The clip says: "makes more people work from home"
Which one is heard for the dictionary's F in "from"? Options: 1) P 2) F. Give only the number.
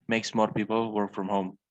2